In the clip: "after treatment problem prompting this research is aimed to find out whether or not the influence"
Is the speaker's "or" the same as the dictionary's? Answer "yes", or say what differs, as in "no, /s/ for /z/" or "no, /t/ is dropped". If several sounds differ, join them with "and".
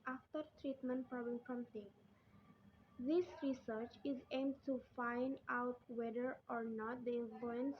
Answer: yes